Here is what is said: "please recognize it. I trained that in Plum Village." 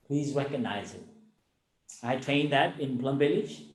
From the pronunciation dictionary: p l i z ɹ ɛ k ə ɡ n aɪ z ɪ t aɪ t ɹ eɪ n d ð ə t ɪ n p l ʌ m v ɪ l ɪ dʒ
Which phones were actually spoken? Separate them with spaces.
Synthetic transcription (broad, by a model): p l i z ɹ ɛ k ə ɡ n aɪ z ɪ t aɪ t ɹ eɪ n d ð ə t ɪ n b l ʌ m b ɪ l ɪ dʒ